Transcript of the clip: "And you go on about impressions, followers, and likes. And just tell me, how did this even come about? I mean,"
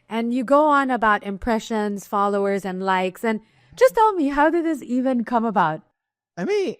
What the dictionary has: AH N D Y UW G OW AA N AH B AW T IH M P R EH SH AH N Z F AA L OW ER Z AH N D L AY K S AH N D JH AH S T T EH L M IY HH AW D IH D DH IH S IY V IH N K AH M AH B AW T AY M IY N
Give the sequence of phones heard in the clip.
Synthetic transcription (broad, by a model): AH N Y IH G OW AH N AH B AW T IH M P R EH SH AH N Z F AA L OW ER Z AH N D L AY K S AH N D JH AH S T T EH L M IY HH AW D IH D DH IH S IY V IH N K AH M AH B AW T AY M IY N